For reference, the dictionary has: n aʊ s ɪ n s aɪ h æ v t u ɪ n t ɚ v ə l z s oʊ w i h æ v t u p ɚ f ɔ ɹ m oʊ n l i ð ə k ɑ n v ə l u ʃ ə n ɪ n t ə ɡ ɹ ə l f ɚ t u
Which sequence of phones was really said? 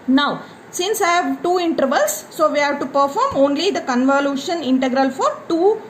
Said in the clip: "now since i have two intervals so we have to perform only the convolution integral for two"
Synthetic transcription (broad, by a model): n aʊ s ɪ n s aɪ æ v t u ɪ n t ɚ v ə l s oʊ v i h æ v t u p ɚ f ɔ ɹ m oʊ n l i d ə k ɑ n v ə l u ʃ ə n ɪ n t ə ɡ ɹ ə l f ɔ t u